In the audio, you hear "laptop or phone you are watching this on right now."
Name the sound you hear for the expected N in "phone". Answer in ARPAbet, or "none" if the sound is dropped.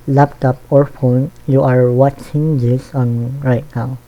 N